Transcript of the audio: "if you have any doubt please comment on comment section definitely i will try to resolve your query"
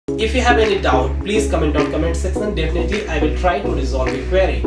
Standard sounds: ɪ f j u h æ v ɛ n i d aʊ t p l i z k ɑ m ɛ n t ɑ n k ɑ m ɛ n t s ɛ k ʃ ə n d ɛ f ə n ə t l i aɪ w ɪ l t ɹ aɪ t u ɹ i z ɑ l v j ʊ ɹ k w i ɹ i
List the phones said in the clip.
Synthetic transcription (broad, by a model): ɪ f j u h æ v ɛ n i d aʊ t p l i z k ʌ m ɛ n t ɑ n k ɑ m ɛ n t s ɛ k s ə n d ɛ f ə n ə t l i aɪ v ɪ l t ɹ aɪ t u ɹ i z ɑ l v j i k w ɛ ɹ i